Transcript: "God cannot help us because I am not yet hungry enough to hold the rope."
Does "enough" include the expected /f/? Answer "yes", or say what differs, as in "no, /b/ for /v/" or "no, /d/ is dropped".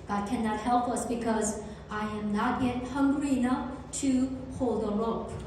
yes